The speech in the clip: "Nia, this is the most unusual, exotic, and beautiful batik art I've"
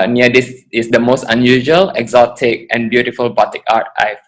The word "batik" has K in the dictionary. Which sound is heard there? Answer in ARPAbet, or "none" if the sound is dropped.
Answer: K